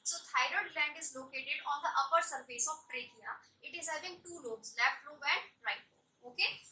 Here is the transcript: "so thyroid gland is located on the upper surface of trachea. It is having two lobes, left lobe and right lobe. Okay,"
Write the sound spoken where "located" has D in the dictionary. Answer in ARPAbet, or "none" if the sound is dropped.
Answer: D